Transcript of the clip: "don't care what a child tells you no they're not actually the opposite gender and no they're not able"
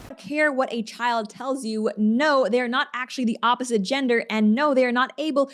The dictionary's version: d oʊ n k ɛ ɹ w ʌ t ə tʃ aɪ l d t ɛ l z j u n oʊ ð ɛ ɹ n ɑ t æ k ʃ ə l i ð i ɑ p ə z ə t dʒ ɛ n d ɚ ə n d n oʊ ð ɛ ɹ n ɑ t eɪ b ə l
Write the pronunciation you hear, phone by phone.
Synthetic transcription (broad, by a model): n k ɛ ɹ w ʌ t ə tʃ aɪ l d t ɛ l z j u n oʊ ð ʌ ɹ n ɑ t æ k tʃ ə l i ð i ɑ p ə z ə t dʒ ɛ n d ɚ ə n n oʊ ð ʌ ɹ n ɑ t eɪ b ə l